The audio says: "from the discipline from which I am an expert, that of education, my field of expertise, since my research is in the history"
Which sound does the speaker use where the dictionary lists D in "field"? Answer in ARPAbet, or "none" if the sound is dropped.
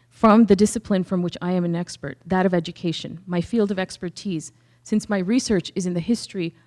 D